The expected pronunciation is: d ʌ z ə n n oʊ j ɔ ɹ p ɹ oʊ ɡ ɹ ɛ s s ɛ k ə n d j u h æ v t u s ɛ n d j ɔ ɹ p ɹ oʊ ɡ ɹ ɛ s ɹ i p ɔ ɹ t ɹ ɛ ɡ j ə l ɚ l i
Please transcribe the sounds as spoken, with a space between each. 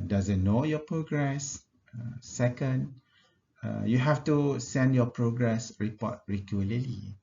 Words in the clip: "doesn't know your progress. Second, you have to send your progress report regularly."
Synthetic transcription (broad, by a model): d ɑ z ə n n oʊ j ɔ p ɹ oʊ ɡ ɹ ɛ s s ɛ k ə n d j u h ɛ f t u s ɛ n d j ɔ p ɹ oʊ ɡ ɹ ɛ s ɹ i p ɔ t ɹ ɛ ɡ j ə l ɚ l i